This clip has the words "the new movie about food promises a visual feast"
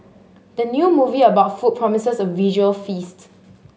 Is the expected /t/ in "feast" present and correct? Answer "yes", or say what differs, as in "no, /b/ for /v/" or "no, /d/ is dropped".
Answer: yes